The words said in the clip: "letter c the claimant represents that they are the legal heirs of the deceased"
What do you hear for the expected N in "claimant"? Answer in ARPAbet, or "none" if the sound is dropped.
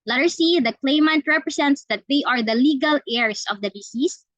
N